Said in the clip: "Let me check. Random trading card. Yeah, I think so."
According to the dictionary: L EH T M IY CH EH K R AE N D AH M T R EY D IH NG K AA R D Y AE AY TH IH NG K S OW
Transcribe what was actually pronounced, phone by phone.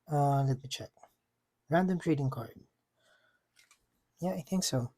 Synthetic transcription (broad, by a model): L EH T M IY CH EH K R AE N D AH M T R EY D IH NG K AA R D Y AE AY TH IH NG K S OW